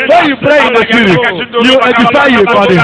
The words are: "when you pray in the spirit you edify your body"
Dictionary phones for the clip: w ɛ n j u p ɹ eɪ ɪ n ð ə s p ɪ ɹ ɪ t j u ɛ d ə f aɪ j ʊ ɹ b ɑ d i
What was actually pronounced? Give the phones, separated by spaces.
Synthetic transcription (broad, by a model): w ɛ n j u p ɹ eɪ ɪ n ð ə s ɪ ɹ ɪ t j u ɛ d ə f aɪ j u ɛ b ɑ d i